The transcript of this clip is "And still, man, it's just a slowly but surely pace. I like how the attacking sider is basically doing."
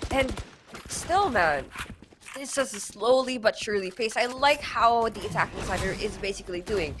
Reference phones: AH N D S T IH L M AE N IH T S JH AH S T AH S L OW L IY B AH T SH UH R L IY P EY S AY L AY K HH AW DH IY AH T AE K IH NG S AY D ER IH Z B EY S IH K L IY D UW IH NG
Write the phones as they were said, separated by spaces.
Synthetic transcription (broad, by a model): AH N S T IH L M AE N IH T S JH AH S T AH S L OW L IY B AH T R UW L IY F EY S AY L AY K HH AW DH IY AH T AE K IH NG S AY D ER IH Z B EY S IH K L IY D UW IH NG